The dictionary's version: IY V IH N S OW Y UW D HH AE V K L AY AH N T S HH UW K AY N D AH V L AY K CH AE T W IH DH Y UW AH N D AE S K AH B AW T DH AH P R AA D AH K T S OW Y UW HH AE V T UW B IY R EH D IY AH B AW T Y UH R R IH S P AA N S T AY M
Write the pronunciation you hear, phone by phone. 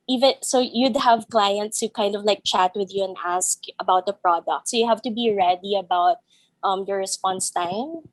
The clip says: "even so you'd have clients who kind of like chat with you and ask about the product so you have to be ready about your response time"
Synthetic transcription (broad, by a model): IY V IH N S OW Y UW D HH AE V K L AY AH N T S HH UW K AY N D AH V L AY K CH AE T W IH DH Y UW AH N D AE S K AH B AW T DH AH P R AA D AH K T S OW Y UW HH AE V T UW B IY R EH D IY AH B AW T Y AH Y R IH S P AA N S T AY M